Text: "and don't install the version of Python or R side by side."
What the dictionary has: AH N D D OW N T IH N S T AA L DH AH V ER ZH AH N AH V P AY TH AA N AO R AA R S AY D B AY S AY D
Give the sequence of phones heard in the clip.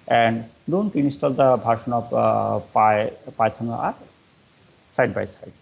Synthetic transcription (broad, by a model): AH N D D OW N T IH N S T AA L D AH B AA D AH N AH P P AY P AA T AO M AA R S AY D B AY S AY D